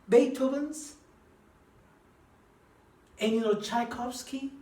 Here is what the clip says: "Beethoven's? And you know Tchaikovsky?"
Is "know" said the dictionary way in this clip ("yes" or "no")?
no